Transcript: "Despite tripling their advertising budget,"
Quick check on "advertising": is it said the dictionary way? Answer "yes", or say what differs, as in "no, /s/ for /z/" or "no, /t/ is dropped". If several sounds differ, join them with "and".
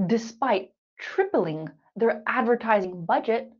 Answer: yes